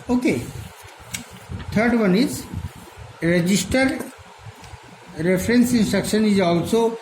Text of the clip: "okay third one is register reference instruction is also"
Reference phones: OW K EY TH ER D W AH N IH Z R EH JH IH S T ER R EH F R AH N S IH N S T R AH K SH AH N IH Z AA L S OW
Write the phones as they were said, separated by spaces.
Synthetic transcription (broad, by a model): OW K EY T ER D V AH N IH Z R EH JH IH S T ER R EH F R AH N S IH N S T R AH K SH AH N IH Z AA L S OW